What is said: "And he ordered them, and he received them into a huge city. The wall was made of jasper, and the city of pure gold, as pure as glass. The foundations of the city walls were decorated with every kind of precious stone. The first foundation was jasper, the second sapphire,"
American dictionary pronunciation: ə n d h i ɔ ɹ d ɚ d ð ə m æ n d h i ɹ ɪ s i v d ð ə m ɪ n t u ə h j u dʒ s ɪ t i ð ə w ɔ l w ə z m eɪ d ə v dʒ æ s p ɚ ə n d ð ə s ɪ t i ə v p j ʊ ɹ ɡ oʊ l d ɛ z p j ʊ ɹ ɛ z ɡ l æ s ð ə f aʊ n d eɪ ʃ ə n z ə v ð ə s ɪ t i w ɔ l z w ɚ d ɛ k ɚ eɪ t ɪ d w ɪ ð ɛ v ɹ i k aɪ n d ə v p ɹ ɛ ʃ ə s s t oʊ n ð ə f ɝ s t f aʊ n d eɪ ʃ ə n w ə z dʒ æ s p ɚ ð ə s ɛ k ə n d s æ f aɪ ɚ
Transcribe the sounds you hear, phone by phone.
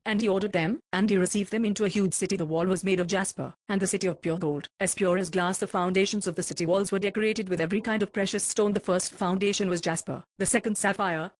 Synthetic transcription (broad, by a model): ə n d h i ɔ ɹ d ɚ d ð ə m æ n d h i ɹ ɪ s i v d ð ə m ɪ n t u ə h j u dʒ s ɪ t i ð ə w ɔ l w ə z m eɪ d ə v dʒ æ s p ɚ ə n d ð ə s ɪ t i ə v p j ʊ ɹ ɡ oʊ l d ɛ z p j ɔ ɹ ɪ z ɡ l æ s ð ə f aʊ n d eɪ ʃ ə n z ə v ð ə s ɪ t i w ɔ l z w ɚ d ɛ k ɚ eɪ t ɪ d w ɪ ð ɛ v ɹ i k aɪ n d ə v p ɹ ɛ ʃ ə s s t oʊ n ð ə f ɝ s t f aʊ n d eɪ ʃ ə n w ə z dʒ æ s p ɚ ð ə s ɛ k ə n d s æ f aɪ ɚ